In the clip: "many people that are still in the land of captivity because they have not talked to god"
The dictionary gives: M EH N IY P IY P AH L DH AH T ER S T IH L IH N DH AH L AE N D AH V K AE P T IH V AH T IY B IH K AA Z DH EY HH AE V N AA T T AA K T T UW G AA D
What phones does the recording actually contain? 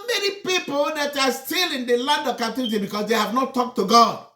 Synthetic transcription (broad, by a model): M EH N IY P IY P AH L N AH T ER S T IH L IH N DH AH L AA N D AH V K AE T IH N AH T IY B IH K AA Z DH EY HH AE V N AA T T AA K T T UW G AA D